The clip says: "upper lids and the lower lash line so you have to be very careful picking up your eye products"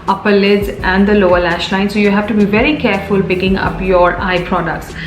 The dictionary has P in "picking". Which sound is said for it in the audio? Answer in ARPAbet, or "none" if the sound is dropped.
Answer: B